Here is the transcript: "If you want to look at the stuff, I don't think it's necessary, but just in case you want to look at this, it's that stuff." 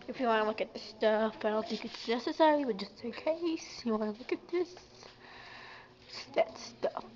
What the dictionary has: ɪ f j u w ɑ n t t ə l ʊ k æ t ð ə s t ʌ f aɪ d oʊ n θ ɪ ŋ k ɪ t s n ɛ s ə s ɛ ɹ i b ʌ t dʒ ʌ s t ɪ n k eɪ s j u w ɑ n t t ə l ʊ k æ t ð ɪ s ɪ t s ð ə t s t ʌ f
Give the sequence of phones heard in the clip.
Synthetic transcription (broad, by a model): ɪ f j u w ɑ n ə l ʊ k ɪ t ð ə s t ʌ f aɪ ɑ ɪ l θ ɪ ŋ k ɪ t s n ɛ s ə s ɛ ɹ i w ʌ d dʒ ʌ s t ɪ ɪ k eɪ s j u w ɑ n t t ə l ʊ k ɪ t ð ɪ s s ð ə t s t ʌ f